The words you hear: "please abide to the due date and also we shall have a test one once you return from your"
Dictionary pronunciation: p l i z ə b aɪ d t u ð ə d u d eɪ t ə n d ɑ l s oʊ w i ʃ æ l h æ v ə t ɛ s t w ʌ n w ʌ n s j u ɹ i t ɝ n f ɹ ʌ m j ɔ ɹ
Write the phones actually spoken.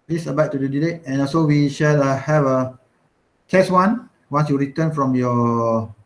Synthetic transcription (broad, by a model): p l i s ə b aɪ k t u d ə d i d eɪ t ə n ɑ s oʊ w i ʃ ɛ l h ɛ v ə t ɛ s w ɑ n w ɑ n s j u ɹ i t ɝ n f ɹ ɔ m j ɔ